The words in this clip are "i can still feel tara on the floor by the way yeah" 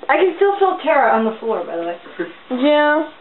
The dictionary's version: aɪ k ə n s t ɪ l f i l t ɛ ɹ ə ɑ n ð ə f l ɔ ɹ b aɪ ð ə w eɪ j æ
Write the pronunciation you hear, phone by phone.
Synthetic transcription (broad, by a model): aɪ k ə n s t ɪ l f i l t ɛ ɹ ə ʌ n ð ə f l ɔ ɹ b aɪ ð ə w eɪ j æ